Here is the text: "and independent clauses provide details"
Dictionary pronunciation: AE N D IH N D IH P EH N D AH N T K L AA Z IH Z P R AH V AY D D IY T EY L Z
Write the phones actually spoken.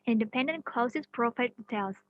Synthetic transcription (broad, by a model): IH N D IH P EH N D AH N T K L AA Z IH S P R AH F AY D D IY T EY L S